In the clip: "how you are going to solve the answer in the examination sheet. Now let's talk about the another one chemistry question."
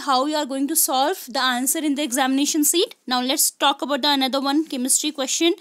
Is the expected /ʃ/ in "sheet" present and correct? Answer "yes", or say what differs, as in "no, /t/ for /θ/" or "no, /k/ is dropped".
no, /s/ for /ʃ/